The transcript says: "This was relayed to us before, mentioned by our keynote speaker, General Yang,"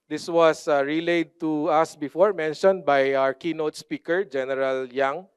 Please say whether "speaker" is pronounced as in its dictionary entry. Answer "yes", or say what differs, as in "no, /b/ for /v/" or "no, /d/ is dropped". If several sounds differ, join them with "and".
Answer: yes